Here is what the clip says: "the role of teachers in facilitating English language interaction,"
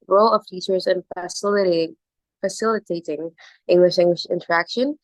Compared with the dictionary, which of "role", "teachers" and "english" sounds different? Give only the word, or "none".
none